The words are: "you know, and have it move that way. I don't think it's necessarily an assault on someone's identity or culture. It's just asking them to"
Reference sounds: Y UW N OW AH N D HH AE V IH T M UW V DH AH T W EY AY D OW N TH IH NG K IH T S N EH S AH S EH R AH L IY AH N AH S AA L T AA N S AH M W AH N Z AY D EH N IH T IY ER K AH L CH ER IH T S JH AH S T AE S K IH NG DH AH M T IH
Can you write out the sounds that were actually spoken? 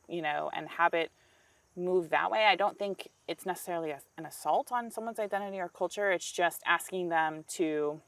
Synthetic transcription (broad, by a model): Y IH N OW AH N HH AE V IH T M UW V DH AH T W EY AY D OW N TH IH NG K IH T S N EH S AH S EH R L IY AH N AH S AA L T N S AH M W AH N Z AY D EH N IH T IY ER K AH L CH ER IH T S JH AH S T AE S K IH NG DH AH M T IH